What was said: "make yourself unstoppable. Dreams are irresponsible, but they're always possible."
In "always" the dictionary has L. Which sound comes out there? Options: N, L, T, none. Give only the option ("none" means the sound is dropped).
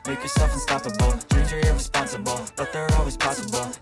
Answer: L